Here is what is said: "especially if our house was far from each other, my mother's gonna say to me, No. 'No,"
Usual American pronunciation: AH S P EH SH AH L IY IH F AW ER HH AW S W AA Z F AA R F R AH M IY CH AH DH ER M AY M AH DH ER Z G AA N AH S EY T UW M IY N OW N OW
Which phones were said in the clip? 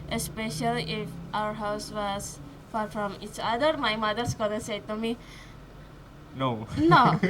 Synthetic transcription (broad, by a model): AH S P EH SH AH L IY IH F AW ER HH AW S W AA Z F AA R F R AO M IY CH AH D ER M AY M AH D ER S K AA L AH S EY T UW M IY N OW N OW